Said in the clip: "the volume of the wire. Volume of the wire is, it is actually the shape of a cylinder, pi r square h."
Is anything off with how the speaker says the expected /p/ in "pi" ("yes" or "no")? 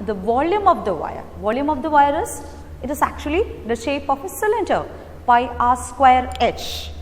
yes